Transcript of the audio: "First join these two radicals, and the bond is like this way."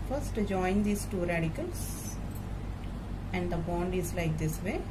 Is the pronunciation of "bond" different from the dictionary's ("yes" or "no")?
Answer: no